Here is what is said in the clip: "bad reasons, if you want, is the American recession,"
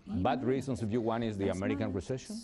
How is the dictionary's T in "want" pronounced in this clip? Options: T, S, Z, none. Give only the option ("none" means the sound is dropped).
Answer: none